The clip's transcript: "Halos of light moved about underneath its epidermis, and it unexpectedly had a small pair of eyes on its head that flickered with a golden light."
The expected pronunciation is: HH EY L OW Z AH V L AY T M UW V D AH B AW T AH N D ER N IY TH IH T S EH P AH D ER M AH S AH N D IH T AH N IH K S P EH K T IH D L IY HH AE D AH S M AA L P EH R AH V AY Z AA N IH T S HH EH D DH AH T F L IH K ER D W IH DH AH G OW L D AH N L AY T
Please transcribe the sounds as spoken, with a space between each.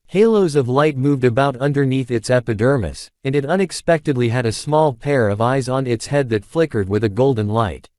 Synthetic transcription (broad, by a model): HH EY L OW Z AH V L AY T M UW V D AH B AW T AH N D ER N IY TH IH T S EH P AH D ER M AH S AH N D IH T AH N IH K S P EH K T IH D L IY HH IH D AH S M AA L P EH R AH V AY Z N IH T S HH EH D DH AH T F L IH K ER D W IH DH AH G OW L D N L AY T